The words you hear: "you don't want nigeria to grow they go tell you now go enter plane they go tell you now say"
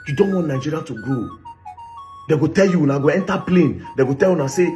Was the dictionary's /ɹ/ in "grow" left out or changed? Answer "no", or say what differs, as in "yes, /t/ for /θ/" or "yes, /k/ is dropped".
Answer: yes, /ɹ/ is dropped